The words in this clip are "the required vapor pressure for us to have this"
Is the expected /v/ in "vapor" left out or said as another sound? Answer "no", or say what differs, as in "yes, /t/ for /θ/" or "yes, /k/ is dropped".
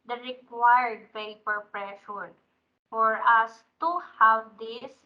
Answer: yes, /p/ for /v/